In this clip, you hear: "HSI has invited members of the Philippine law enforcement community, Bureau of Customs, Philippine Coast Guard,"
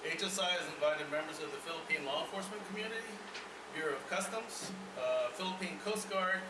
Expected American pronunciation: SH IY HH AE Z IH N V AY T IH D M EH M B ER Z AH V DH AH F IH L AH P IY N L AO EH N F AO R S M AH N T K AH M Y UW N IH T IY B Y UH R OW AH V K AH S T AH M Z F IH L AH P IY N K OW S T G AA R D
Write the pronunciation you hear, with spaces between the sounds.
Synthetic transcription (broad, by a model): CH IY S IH Z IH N V AY T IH D M EH M B ER Z AH V DH AH F IH L AH P IY N L AO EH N F AO R S M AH N K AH M Y UW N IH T IY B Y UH R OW AH V K AH S T AH M Z F IH L AH P IY N K OW S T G AA R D